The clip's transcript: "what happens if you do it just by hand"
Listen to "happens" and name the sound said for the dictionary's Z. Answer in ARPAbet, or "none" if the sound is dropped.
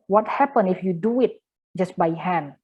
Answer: none